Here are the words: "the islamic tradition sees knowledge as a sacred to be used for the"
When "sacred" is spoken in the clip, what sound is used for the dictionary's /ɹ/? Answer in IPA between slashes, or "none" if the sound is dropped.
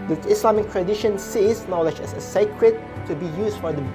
/ɹ/